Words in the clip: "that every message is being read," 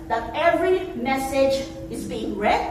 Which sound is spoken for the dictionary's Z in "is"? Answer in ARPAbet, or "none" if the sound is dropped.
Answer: Z